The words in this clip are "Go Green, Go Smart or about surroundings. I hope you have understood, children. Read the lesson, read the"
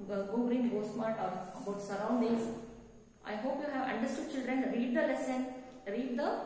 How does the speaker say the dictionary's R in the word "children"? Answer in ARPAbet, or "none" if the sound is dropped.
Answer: R